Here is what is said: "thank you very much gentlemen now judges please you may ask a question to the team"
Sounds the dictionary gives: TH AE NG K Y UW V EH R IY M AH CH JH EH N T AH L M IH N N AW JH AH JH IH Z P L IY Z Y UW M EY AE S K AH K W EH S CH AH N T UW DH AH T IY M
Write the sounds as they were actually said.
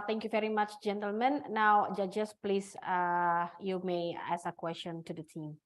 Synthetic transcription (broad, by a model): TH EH NG K Y UW V EH R IY M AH CH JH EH N T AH L M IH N N AW JH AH JH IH S P L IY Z Y UW M EY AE S AH K W EH S CH AH N T UW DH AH T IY M